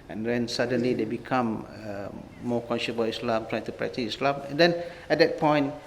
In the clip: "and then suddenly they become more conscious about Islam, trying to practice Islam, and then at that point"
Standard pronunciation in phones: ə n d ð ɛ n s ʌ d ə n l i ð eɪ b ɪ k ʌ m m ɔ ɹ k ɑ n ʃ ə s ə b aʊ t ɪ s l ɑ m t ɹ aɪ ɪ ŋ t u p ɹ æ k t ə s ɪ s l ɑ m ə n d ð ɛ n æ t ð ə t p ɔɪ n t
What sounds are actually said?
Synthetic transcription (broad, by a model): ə n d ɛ n s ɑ d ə n l i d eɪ b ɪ k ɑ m m ɔ k ɑ n ʃ ə s b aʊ ɪ s l ɑ m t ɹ aɪ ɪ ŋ t u p ɹ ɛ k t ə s ɪ s l ɑ m ə n d ɛ n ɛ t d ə t p ɔɪ n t